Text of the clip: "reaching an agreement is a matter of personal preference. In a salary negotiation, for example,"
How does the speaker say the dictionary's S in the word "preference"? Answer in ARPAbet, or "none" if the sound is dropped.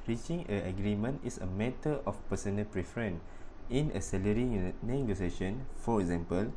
none